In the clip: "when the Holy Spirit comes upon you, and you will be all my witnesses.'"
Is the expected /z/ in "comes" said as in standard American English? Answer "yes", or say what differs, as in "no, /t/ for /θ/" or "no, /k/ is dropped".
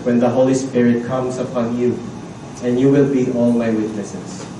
no, /s/ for /z/